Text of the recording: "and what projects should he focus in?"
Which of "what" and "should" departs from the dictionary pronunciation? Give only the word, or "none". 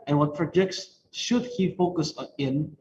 none